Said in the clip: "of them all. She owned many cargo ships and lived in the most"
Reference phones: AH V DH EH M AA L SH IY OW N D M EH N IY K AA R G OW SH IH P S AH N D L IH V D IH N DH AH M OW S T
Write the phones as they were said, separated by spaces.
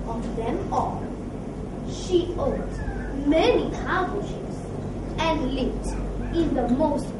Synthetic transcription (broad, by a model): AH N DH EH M AA L SH IY OW D M EH N IY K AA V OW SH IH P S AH N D L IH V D IH N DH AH M OW S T